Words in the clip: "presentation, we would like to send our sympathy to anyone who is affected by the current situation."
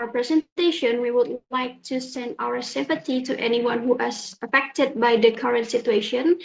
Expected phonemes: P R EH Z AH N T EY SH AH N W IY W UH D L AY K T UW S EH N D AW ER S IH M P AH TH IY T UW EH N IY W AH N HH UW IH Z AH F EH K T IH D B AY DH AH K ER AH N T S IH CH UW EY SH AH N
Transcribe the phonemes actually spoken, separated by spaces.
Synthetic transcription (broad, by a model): P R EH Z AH N T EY SH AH N W IY W UH D L AY K T UW S EH N D AW ER S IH M P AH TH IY T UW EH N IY W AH N HH UW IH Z AH F EH K T IH D B AY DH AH K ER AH N T S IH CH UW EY SH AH N